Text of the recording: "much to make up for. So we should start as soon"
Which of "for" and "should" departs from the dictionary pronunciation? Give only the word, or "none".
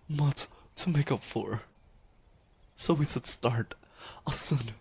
should